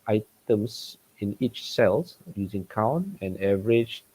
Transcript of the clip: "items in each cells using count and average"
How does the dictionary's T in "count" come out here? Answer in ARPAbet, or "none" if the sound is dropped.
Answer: none